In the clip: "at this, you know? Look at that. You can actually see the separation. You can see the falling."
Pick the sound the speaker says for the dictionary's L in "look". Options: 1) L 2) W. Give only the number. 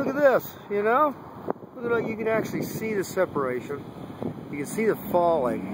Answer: 2